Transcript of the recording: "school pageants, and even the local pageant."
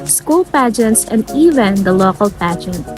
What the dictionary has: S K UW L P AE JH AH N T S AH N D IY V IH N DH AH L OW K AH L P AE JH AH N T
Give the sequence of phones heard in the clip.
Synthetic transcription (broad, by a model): S K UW L P AE JH AH N T S AH N D IY V IH N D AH L OW K AH L P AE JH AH N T